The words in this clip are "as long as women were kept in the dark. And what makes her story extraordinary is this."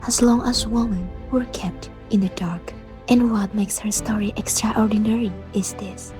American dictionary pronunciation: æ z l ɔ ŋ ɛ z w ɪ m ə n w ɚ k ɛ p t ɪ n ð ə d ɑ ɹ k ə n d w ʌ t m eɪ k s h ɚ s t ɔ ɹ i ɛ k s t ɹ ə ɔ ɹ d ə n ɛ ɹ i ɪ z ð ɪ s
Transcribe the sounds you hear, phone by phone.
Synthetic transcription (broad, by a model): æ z l ɔ ŋ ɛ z w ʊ m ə n w ɚ k ɛ p t ɪ n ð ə d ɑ ɹ k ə n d w ʌ t m eɪ k s h ɚ s t ɔ ɹ i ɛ k s t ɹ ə ɔ ɹ d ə n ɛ ɹ i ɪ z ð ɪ s